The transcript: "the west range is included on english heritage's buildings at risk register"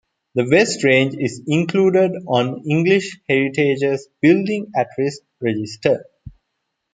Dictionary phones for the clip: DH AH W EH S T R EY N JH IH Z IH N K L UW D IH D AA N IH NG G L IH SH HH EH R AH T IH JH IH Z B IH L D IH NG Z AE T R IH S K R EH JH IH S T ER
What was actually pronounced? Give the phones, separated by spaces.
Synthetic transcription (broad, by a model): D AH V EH S T R EY N JH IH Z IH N K L UW D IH D AA N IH NG G L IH SH HH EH R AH T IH JH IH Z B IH L D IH NG AE T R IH S R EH JH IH S T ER